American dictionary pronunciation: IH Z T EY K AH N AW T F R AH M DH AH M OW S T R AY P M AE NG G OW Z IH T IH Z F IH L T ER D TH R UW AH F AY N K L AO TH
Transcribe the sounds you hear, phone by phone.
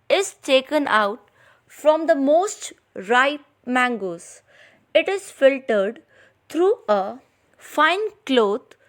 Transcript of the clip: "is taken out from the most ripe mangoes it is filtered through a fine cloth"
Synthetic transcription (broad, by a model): IH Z T EY K AH N AW T F R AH M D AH M OW S T R AY P M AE NG G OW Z IH T IH Z F IH L T ER D T R UW AH F AY N K L AO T